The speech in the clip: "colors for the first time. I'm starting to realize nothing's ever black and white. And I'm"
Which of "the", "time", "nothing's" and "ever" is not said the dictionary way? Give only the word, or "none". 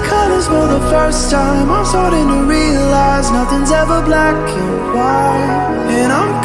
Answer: none